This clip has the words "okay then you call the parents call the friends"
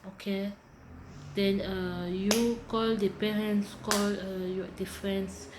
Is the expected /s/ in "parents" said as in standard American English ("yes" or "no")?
yes